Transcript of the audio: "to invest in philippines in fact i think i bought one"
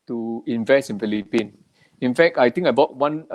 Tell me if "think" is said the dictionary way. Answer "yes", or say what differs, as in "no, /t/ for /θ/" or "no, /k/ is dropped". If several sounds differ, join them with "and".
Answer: no, /t/ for /θ/